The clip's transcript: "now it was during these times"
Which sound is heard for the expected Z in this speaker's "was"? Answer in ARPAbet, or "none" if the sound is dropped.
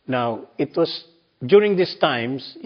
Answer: S